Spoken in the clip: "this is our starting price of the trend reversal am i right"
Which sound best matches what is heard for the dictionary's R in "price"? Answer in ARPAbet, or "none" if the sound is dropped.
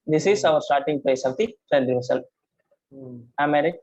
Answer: L